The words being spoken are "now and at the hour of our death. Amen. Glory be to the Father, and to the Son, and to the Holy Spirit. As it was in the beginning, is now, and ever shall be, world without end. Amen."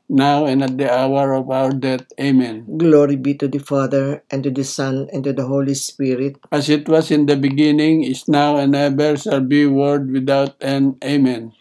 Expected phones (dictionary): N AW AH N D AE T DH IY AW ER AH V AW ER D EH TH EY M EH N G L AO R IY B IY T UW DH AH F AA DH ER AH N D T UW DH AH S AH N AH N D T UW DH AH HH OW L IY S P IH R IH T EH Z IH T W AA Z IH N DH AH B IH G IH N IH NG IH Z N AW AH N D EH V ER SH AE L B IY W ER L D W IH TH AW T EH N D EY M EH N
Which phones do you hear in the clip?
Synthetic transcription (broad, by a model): N AW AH N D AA T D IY AW ER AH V AW ER D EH T EY M EH N G L AO R IY B IY T UW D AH F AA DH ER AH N T UW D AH S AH N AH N T UW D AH HH OW L IY S P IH R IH T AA S IH T W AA S IH N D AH B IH G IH N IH NG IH S N AW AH N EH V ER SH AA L B IY W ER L D W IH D AW T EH N EY M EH N